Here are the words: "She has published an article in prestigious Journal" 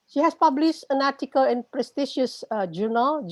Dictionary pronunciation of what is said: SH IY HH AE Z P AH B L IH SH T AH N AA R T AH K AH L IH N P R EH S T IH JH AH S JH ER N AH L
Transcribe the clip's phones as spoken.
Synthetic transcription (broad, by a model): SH IY HH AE S P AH B L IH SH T AH N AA T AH K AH L IH N P R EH S T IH SH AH S JH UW N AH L